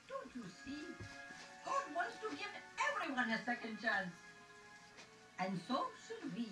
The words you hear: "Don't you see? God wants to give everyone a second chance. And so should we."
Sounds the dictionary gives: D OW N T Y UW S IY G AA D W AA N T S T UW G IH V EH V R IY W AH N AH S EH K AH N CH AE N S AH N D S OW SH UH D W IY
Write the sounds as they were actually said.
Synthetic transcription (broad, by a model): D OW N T Y UW S IY G AA D W AA N T S T UW G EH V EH V R IY W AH N AH S EH K AH N CH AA N S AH N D S OW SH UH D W IY